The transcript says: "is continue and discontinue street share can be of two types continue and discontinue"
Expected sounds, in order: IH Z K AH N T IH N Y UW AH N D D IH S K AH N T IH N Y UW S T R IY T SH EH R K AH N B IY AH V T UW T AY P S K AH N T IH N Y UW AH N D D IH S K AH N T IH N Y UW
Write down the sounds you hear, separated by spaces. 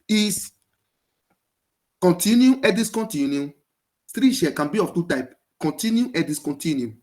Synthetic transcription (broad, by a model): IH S K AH N T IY N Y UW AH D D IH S K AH N T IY N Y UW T R IY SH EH K AH N B IY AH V T UW T AY P K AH N T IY N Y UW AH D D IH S K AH N T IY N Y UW